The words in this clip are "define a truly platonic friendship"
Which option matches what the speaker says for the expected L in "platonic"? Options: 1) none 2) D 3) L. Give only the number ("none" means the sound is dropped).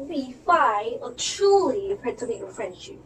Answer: 1